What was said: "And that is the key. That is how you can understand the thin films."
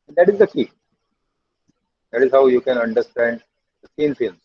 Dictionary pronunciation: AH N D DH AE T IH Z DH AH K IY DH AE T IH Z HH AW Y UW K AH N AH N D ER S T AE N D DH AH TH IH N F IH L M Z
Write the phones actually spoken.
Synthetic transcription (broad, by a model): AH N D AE T IH Z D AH K IY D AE T IH Z HH AW Y UW K AH N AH N D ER S T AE N D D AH S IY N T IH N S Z